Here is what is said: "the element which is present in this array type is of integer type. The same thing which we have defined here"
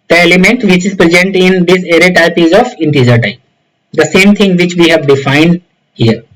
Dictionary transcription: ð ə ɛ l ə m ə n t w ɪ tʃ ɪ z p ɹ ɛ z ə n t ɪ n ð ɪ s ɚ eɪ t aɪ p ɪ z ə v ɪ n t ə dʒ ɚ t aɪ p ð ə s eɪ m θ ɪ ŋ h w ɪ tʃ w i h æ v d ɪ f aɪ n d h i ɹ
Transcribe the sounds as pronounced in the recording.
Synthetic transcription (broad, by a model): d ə ɛ l ə m ə n t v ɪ tʃ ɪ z p ɹ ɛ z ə n t ɪ n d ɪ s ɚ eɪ t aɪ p ɪ z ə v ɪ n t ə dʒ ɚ t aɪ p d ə s eɪ m t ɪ ŋ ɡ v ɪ tʃ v i h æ v d ɪ f aɪ n d h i ɹ